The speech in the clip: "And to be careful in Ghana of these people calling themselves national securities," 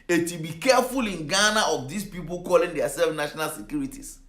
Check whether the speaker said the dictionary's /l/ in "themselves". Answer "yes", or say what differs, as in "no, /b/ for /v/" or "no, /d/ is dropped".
no, /l/ is dropped